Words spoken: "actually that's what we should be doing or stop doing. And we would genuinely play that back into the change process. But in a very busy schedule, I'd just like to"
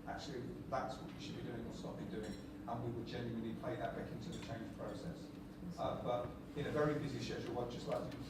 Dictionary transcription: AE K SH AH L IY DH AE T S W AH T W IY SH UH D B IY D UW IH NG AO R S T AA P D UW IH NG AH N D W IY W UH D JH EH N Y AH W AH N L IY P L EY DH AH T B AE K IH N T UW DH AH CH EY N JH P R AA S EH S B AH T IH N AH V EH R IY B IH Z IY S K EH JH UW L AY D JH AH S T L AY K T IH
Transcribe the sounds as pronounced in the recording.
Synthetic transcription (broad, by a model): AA K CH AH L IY DH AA T S W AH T W IY SH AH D B IY D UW IH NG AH L S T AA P D UW IH NG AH N W IY W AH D JH EH N Y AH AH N L IY P L EY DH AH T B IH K IH N T UW DH AH CH EY N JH P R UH S EH S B AH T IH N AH V EH R IY B IH Z IY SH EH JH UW W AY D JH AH S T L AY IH